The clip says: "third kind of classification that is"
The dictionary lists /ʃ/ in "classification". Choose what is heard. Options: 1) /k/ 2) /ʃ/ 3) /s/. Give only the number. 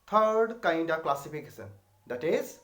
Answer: 3